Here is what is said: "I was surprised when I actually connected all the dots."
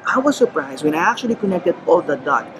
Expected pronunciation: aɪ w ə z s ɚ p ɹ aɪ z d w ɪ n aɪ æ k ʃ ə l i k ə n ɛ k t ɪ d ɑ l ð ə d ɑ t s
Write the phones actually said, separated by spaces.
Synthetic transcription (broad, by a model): aɪ w ə z s ɚ p ɹ aɪ z d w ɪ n aɪ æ k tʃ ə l i k ə n ɛ k t ɪ d ɑ l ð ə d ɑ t